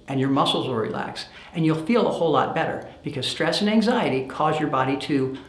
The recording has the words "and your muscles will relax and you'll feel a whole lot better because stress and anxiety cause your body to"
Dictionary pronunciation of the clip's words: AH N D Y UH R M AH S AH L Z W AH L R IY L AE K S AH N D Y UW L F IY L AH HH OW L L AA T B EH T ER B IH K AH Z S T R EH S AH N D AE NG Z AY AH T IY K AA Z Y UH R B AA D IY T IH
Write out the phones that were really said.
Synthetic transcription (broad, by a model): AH N Y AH R M AH S L Z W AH R IY L AE K S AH N Y UW L F IY L AH HH OW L L AA T B EH T ER B IH K AH Z S T R EH S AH N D AE NG Z AY AH T IY K AA Z Y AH R B AA D IY T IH